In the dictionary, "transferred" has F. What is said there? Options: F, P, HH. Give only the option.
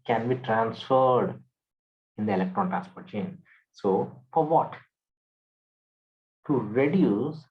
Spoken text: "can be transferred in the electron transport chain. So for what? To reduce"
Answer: F